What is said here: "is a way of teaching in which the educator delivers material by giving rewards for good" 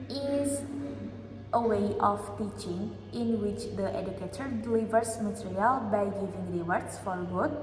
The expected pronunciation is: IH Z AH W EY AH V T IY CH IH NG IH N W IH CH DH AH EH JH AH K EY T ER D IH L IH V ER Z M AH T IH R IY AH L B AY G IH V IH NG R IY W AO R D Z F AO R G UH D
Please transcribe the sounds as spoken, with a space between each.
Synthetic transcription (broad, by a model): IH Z AH W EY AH F T IY CH IH NG IH N W IH CH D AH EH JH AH K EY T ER D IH L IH V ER S M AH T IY R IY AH L B AY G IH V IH NG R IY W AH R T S F AO R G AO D